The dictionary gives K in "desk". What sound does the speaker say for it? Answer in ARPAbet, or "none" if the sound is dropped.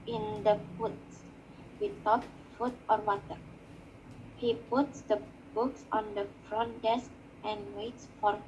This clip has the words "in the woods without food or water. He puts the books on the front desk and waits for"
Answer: K